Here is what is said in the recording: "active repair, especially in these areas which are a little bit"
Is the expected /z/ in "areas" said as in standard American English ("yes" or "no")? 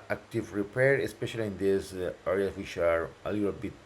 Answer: no